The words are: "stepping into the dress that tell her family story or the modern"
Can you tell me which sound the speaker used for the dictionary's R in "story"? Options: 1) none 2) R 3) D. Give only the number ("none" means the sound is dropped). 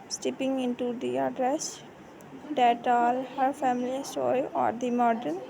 1